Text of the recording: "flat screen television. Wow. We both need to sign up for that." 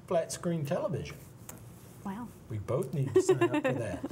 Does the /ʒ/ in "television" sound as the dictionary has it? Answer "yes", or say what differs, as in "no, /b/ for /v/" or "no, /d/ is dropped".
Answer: yes